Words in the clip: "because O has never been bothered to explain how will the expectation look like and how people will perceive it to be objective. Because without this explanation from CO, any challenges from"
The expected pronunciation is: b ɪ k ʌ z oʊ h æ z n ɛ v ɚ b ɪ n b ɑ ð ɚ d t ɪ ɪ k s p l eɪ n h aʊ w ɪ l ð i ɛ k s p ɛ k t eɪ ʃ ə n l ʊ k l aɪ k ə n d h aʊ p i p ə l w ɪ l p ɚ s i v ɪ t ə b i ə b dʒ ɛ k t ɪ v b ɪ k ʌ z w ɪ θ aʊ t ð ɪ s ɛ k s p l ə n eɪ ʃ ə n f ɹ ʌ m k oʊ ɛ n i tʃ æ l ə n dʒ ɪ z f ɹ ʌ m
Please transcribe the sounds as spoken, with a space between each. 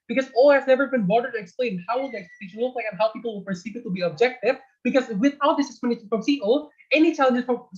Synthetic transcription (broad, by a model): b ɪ k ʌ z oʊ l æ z n ɛ v ɚ b ɪ n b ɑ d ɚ t ɪ ɪ k s p l eɪ n h aʊ w ɪ l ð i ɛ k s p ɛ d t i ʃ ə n w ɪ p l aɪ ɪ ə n h aʊ p i p l w ɪ l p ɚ s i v ɪ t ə b i ə b dʒ ɛ k t ɪ v b ɪ k ʌ z w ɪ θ aʊ t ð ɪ s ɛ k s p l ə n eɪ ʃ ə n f ɹ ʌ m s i ɛ n i tʃ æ l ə n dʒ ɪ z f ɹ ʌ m